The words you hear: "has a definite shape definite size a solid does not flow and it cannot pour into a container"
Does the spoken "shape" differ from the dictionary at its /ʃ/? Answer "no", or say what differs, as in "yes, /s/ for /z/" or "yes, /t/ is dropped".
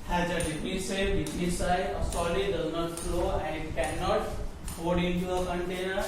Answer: yes, /s/ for /ʃ/